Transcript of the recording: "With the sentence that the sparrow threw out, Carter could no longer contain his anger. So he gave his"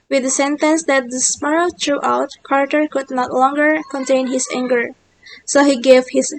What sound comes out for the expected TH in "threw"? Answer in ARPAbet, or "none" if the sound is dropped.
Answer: T